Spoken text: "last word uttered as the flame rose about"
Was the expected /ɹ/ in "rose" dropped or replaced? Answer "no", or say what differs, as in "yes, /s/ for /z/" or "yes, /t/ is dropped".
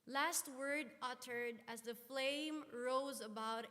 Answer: no